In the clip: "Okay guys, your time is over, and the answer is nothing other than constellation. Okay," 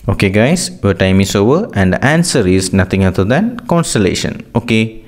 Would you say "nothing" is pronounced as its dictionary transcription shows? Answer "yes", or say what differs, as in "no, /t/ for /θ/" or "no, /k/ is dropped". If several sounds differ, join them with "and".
no, /t/ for /θ/